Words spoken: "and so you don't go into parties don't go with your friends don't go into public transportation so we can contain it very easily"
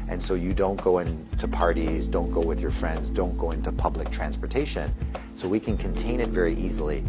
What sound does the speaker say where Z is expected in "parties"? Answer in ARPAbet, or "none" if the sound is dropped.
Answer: Z